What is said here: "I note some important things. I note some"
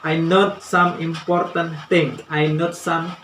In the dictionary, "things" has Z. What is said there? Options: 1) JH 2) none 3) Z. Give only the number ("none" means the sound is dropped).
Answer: 2